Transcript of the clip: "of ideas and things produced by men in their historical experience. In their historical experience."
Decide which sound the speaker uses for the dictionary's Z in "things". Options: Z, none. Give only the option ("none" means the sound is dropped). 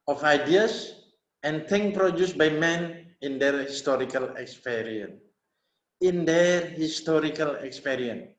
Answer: none